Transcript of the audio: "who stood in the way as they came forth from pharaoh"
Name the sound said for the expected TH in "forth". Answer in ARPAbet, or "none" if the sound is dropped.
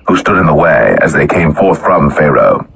TH